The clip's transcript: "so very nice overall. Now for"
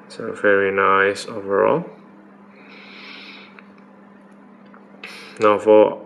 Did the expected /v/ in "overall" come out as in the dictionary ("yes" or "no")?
yes